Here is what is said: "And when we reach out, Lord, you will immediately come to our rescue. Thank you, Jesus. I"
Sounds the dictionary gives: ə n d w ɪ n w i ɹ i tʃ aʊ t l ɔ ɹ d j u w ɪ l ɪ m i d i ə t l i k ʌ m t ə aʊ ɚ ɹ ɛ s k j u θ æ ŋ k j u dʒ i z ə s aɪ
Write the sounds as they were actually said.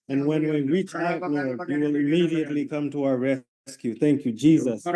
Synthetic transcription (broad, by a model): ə n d w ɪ n w i ɹ i tʃ aʊ t n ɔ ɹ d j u w ɪ l ɪ m i d i ə t l i k ʌ m t ə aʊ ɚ ɹ ɛ s k j u θ æ ŋ k j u dʒ i z ə s